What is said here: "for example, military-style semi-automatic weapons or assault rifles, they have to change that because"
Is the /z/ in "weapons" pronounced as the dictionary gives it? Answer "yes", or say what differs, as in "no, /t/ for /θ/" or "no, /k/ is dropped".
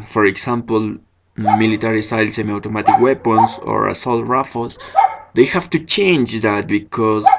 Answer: no, /s/ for /z/